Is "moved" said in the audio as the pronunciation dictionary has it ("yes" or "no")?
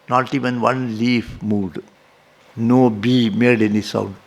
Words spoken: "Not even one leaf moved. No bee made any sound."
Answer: no